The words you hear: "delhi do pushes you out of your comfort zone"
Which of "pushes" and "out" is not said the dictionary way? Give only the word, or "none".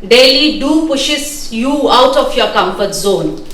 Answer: pushes